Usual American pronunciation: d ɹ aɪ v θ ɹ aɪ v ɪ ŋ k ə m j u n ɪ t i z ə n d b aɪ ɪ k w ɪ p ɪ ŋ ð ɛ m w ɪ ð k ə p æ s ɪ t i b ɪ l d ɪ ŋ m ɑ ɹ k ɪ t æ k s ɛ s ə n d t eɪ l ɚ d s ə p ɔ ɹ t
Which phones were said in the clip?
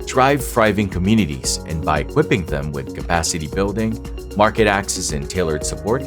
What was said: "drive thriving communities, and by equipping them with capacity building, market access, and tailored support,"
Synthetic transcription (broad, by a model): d ɹ aɪ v f ɹ aɪ v ɪ ŋ k ə m j u n ɪ t i z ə n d b aɪ ɪ k w ɪ p ɪ ŋ ð ɛ m w ɪ ð k ə p æ s ɪ t i b ɪ l d ɪ ŋ m ɑ ɹ k ɪ t æ k s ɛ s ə n t eɪ l ɚ d s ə p ɔ ɹ t